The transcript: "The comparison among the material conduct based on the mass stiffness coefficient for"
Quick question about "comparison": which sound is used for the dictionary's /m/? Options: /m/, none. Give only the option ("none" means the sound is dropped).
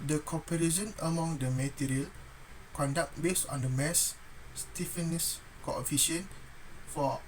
none